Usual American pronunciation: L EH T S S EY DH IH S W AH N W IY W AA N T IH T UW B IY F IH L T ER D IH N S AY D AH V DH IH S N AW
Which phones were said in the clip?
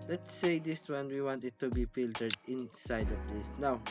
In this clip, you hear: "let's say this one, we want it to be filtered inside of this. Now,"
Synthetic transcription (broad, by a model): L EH T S S EY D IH S W AH N W IY W AA N T IH T UW B IY F IH L T ER D IH N S AY D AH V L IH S N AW